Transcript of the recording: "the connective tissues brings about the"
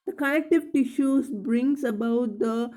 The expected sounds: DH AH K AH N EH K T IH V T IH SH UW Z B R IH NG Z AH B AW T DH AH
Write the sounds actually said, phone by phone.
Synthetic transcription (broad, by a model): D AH K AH L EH K T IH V T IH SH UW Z B R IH NG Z AH B AW T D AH